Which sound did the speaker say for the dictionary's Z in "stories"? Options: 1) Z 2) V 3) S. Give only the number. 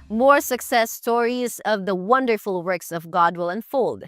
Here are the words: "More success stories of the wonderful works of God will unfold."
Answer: 1